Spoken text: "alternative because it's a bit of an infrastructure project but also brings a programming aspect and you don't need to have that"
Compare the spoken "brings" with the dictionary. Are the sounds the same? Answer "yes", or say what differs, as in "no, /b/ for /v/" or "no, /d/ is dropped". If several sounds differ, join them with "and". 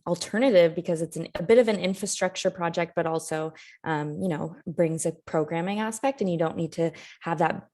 yes